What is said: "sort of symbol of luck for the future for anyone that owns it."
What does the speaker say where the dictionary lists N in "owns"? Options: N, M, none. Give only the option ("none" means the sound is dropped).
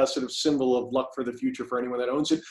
N